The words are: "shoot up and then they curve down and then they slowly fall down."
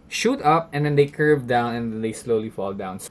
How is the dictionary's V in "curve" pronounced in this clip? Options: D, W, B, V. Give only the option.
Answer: V